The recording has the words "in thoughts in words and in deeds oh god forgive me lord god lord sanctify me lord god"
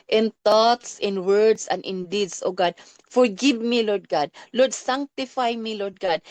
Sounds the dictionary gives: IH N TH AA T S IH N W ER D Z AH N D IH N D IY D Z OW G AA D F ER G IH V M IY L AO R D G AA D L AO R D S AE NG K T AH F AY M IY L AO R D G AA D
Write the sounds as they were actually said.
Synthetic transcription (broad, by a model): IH N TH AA T S IH N W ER D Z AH N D IH N D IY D S OW G AA D F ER G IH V M IY L AO R D G AA D L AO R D S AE NG K T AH F AY M IY L AO R D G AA D